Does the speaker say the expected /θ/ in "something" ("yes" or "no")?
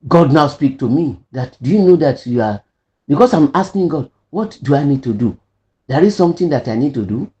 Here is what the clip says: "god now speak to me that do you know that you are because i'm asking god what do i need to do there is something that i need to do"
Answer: no